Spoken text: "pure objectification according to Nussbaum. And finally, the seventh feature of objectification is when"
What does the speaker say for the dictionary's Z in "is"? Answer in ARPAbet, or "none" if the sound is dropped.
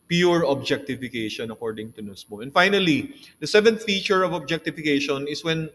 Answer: S